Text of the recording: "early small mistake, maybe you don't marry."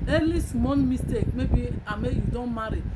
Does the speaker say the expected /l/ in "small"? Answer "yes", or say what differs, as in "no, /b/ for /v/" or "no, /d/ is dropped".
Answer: no, /n/ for /l/